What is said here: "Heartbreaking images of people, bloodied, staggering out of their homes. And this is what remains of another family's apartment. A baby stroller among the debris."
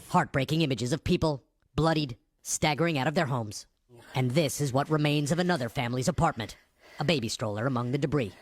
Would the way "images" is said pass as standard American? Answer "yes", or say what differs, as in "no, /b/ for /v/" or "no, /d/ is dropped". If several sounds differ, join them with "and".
yes